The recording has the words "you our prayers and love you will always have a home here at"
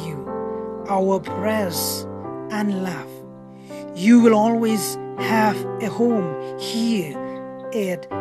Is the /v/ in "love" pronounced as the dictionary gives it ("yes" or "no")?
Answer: no